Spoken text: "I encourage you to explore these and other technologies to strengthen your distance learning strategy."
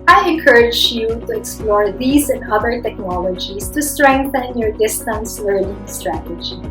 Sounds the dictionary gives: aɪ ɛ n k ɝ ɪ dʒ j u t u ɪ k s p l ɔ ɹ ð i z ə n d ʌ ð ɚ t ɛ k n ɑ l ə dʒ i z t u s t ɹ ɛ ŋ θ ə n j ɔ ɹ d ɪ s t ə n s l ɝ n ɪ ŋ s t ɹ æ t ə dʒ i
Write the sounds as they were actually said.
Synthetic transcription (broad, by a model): aɪ ɛ n k ɝ ɪ dʒ j u t u ɪ k s p l ɔ ɹ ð i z ə n d ʌ ð ɚ t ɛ k n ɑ l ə dʒ i s t u s t ɹ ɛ ŋ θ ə n j ɔ ɹ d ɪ s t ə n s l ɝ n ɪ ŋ s t ɹ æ t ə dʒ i